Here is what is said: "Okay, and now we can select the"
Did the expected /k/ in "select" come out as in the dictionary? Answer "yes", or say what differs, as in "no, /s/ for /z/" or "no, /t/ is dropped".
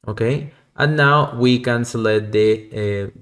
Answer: no, /k/ is dropped